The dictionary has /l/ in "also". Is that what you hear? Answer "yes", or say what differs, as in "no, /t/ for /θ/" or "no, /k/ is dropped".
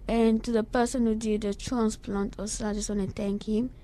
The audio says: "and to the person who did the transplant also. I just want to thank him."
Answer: no, /l/ is dropped